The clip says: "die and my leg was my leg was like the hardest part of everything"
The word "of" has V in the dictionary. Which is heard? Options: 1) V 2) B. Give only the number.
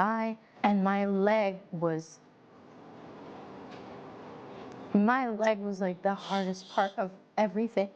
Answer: 1